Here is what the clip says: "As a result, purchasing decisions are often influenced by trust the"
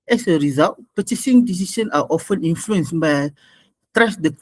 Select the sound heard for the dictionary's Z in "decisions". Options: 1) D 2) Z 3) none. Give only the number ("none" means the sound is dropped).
3